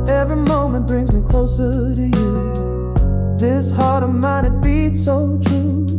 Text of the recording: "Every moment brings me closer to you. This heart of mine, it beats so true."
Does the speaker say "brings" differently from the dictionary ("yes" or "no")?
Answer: no